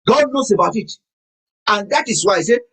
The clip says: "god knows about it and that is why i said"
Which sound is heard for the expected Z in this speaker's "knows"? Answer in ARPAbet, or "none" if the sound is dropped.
S